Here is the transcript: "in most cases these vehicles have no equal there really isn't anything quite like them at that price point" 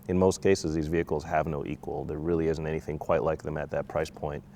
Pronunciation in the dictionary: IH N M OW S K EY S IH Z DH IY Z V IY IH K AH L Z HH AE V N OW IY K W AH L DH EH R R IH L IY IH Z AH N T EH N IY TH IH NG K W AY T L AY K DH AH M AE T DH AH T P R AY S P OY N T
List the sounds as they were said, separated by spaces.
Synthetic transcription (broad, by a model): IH N M OW S K EY S IH Z DH IY Z V IY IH K L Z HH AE V N OW IY K W AH L DH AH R R IH L IY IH Z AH N T EH N IY TH IH NG K W AY T L AY K DH AH M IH T DH AH T P R AY S P OY N T